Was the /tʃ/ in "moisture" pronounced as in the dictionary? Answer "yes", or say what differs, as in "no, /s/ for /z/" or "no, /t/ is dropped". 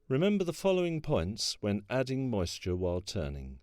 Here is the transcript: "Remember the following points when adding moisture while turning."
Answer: yes